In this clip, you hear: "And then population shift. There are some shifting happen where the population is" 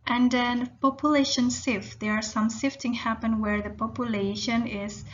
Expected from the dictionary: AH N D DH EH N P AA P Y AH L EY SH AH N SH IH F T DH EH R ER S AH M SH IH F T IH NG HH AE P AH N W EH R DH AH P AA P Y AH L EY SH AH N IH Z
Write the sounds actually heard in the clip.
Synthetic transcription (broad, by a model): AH N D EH N P AA P Y AH L EY SH AH N S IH F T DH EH R S AH M S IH F T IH NG HH AE P AH N W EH R DH AH P AA P Y AH L EY SH AH N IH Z